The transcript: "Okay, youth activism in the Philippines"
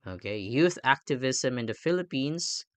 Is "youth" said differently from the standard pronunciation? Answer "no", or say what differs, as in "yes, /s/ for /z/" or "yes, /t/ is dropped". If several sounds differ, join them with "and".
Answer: no